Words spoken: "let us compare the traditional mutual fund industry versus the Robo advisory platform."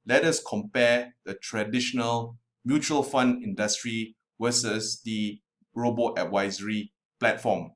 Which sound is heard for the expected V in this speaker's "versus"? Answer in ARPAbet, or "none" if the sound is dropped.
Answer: W